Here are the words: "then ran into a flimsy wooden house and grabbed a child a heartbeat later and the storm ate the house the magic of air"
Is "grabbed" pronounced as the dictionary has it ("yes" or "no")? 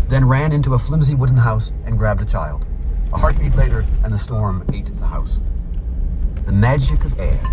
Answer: yes